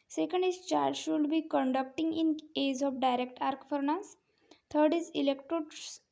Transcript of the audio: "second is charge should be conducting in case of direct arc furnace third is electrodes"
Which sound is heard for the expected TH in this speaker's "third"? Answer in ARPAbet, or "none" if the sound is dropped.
T